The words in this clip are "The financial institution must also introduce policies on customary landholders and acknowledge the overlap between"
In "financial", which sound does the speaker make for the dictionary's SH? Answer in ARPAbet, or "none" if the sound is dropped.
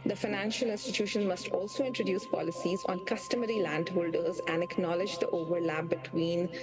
SH